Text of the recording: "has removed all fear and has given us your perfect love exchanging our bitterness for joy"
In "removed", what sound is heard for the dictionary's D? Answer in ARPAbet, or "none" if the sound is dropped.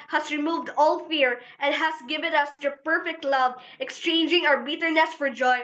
D